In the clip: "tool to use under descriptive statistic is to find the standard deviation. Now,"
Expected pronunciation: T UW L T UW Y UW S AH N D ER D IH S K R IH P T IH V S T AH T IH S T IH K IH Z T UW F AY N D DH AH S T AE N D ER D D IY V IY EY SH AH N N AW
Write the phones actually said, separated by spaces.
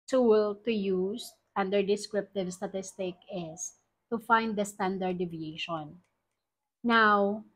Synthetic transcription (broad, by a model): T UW L T UW Y UW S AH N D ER D IH S K R IH P T IH V S T AH T IH S T IH K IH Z T UW F AY N D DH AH S T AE N D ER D D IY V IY EY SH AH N N AW